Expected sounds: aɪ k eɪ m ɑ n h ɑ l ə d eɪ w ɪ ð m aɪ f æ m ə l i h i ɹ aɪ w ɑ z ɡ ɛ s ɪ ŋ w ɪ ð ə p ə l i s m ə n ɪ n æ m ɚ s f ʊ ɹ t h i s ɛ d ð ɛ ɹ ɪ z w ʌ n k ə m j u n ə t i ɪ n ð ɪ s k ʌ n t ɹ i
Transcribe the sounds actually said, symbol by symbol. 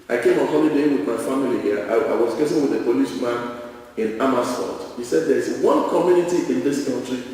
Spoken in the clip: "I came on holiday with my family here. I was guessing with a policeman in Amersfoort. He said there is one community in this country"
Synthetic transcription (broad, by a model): aɪ k eɪ m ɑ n h ɑ l ə d eɪ w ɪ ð m aɪ f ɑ m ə l i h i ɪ aɪ w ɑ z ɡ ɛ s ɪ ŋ w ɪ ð ə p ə l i ʃ m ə n ɪ n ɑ m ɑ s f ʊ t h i s ɛ d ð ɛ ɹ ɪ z w ʌ n k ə m j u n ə t i ɪ n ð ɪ s k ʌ n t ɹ i